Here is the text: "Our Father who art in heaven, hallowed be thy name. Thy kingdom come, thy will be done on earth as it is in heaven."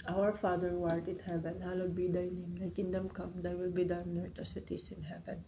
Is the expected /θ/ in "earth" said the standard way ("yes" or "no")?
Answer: no